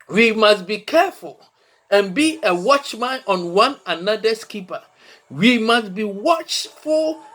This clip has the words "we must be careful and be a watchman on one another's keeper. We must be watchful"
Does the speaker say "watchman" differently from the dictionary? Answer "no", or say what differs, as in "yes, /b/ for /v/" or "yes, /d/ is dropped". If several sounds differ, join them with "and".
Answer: no